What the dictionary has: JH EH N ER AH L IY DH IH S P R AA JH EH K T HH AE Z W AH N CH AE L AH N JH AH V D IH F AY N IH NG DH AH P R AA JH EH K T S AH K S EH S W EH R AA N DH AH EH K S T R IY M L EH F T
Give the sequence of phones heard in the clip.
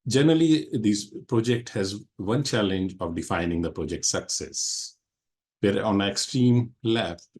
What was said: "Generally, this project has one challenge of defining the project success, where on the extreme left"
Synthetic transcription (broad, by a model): JH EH N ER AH L IY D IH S P R AA JH EH K T HH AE Z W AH N CH AE L AH N JH AH V D IH F AY N IH NG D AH P R AA JH EH K T S AH K S EH S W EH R AA N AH EH K S T R IY M L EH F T